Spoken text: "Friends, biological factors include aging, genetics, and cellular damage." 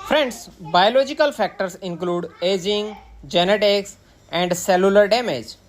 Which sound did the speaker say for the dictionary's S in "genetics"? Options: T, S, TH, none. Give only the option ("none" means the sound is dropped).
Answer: S